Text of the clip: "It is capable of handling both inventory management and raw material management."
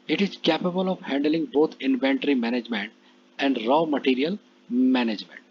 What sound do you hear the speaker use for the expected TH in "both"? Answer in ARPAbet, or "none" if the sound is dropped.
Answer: T